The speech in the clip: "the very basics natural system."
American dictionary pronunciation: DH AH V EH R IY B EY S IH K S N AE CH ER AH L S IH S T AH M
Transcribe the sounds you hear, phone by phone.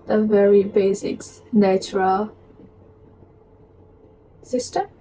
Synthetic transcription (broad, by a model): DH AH V EH R IY B EY S IH K S N AE CH ER AH L S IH S T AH